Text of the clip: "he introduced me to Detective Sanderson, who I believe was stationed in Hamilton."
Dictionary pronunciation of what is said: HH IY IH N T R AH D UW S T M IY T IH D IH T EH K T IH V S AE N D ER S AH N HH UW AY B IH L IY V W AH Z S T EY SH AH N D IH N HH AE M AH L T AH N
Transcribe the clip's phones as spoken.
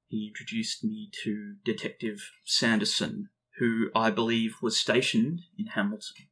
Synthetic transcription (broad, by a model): HH IY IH N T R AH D UW S T M IY T IH D IH T EH K T IH V S AE N D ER S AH N HH UW AY B IH L IY V W AH Z S T EY SH AH N D IH N HH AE M L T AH N